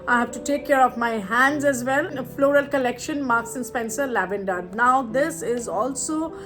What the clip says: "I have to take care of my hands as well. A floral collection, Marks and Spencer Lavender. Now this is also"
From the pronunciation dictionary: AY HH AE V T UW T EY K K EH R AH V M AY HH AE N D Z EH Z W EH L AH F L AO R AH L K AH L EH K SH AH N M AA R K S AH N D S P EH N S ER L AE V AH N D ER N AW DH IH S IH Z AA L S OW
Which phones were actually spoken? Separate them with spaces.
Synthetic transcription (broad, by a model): AY HH AE V T UW T EY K K EH R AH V M AY HH AE N D Z EH Z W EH L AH F L AO R AH L K AH L EH K SH AH N M AA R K S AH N S P EH N S ER L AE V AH N D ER N AW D IH S IH Z AA L S OW